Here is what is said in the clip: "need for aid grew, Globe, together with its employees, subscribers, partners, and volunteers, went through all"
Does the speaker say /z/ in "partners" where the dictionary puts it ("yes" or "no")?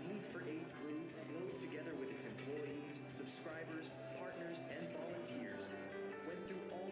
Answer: yes